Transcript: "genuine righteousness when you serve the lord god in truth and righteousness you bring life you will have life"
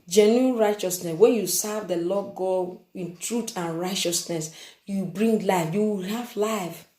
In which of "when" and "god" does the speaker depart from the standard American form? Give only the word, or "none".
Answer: god